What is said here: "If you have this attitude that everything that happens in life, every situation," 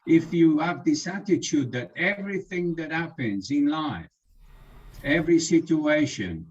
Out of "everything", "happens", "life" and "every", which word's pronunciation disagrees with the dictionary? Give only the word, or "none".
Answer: none